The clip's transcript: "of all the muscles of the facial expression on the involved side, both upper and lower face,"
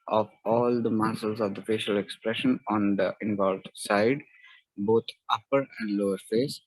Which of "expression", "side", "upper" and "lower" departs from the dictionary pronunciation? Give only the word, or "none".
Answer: none